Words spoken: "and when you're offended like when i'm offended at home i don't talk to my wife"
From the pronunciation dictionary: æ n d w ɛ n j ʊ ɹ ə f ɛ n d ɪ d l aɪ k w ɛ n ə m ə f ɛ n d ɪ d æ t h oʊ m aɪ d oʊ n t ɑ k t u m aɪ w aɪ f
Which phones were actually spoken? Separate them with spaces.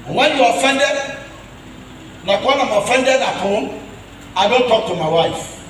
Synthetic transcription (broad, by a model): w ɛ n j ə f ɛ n d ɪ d n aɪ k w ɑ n ə m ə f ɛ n d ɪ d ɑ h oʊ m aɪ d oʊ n t ɑ k t u m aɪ w aɪ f